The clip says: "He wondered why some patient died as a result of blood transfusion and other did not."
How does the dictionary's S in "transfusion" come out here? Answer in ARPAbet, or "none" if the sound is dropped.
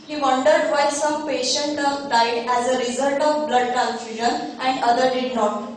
none